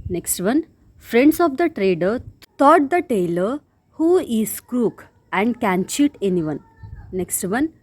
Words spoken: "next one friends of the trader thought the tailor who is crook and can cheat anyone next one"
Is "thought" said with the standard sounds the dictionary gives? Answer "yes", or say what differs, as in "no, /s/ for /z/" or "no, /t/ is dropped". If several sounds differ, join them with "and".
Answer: no, /t/ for /θ/